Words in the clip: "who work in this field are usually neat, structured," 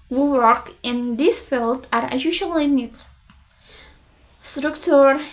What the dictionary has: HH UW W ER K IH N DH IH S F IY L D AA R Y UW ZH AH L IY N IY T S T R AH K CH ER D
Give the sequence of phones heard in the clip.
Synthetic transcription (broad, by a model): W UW W ER K IH N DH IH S F IY L D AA R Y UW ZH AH L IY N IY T S T R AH K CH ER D